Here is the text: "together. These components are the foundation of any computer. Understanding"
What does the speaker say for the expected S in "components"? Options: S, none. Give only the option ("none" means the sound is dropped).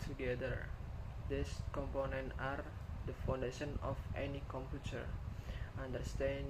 none